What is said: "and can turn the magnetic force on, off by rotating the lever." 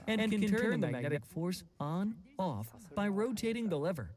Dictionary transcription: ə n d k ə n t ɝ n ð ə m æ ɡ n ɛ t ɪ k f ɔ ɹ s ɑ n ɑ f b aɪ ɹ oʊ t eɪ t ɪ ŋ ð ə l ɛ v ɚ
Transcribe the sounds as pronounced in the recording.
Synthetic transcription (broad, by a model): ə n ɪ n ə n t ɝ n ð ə m æ ɡ n ɛ t ɪ k f ɔ ɹ s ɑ n ɑ f b aɪ ɹ oʊ t eɪ t ɪ ŋ ð ə l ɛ v ɚ